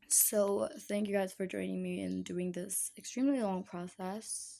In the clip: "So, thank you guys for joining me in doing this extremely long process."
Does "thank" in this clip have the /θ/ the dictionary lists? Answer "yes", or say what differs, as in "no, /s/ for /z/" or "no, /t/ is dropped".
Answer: yes